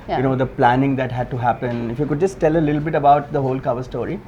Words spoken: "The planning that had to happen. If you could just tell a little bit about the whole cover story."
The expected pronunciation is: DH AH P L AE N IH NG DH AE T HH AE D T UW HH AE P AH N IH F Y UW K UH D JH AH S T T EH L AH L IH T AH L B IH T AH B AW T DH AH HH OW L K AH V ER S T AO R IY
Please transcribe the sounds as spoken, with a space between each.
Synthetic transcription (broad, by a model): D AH P L AE N IH NG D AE T HH AE D T UW HH AE P AH N IH F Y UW K UH D JH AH S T T EH L AH L IH T L B IH T AH B AW T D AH HH OW L K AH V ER S T AO R IY